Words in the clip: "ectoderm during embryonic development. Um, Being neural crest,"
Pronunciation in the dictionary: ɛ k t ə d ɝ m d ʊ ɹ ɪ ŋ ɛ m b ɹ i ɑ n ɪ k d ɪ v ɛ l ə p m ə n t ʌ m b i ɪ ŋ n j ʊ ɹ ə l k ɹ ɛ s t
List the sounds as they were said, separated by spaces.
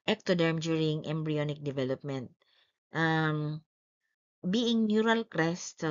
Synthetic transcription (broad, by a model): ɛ k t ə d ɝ m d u ɹ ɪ ŋ ɛ m b ɹ i ɑ n ɪ k d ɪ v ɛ l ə p m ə n t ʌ m b i ɪ ŋ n j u ɹ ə l k ɹ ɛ s t